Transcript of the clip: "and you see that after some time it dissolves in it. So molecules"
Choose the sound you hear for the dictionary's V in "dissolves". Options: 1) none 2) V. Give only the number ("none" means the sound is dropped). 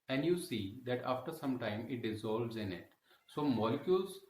2